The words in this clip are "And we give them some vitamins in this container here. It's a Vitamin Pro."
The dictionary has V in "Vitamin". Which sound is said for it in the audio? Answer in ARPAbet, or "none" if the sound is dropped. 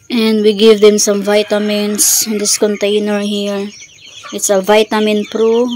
V